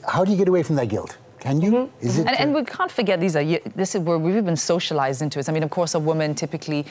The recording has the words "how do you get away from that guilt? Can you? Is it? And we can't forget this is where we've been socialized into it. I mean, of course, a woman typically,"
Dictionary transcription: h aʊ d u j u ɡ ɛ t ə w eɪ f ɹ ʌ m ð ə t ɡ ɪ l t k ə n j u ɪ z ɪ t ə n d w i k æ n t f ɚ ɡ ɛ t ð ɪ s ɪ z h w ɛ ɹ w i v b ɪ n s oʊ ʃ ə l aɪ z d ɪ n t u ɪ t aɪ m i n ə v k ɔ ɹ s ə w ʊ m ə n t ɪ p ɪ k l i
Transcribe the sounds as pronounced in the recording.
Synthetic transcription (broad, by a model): h aʊ d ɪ j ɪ ɡ ɛ t ə w eɪ f ɹ ʌ m ð ə t ɡ ɪ l t k ə n j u ɪ z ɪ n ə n w i k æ n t f ɚ ɡ ɛ t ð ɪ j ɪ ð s w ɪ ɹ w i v b ɪ n s oʊ ʃ ə l aɪ z d ɪ n t u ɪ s aɪ m i n ə v k ɔ ɹ s ə w ʊ m ə n t ɪ p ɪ k l i